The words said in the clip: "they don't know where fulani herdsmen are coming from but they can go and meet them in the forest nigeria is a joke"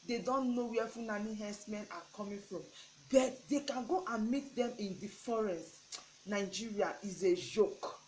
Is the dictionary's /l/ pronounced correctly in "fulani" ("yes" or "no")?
no